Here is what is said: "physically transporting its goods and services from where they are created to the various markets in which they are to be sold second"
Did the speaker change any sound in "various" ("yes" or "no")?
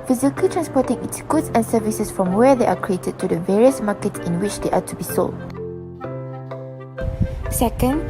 no